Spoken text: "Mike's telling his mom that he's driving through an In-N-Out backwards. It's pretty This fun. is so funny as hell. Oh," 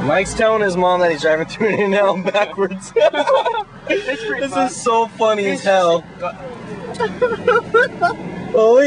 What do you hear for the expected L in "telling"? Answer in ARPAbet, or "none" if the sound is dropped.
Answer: none